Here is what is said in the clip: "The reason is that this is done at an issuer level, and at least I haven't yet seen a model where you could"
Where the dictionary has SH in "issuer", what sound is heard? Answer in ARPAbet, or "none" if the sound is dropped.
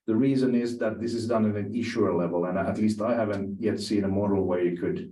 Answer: SH